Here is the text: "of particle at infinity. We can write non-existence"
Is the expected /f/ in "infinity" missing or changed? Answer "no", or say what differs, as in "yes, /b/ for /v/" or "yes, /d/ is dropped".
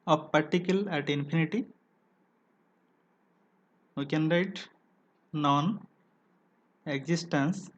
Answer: yes, /p/ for /f/